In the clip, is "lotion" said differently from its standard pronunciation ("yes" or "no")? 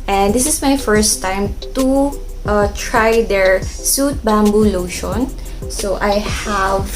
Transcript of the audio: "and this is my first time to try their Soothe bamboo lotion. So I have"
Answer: no